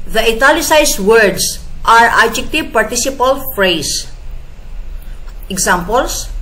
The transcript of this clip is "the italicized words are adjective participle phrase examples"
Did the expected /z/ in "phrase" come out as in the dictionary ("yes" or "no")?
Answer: no